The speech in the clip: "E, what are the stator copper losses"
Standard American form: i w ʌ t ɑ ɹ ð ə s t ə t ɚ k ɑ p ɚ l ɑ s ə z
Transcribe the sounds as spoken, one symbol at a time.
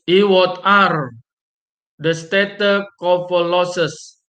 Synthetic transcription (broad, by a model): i w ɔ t ɑ ɹ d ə s t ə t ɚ k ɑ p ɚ l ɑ s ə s